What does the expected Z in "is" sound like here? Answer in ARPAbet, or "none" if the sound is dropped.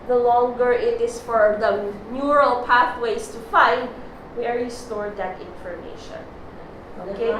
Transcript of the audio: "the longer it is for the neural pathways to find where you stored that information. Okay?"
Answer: S